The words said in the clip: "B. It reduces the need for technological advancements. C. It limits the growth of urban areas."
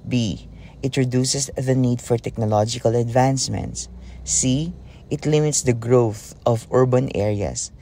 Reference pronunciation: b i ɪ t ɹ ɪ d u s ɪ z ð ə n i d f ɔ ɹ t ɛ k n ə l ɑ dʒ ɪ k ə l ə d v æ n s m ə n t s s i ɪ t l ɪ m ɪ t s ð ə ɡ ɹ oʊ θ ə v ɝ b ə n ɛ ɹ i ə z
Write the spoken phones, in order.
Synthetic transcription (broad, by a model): b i ɪ t ɹ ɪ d u s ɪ s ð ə n i d f ɔ ɹ t ɛ k n ə l ɑ dʒ ɪ k ə l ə d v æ n s m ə n t s s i ɪ t l ɪ m ɪ t s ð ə ɡ ɹ oʊ θ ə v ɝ b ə n ɛ ɹ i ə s